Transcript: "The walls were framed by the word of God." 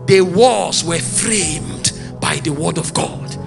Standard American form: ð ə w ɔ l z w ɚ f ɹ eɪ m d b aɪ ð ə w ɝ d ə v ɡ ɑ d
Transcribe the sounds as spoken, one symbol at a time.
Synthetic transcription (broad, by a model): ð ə w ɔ z w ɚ f ɹ eɪ m d b aɪ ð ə w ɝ d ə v ɡ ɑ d